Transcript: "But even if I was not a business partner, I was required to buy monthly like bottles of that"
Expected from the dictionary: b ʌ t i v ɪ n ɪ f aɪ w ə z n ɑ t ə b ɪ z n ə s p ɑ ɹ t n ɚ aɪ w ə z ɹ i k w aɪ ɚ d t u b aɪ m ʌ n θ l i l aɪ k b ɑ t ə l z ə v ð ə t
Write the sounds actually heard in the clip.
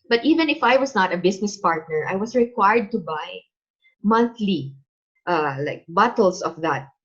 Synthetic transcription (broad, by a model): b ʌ t i v ɪ n ɪ f aɪ w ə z n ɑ t ə b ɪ s n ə s p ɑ ɹ t n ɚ aɪ w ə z ɹ i k w aɪ ɚ d t u b aɪ m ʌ n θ l i l aɪ k b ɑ t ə l s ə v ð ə t